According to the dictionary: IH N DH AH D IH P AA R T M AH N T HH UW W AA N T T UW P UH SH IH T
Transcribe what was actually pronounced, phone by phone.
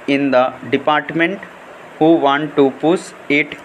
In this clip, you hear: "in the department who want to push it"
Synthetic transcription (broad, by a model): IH N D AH D IH P AA R T M AH N T HH UW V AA N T T UW P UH S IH T